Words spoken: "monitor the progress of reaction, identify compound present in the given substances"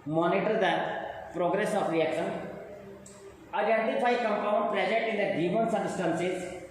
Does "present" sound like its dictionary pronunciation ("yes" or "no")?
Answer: no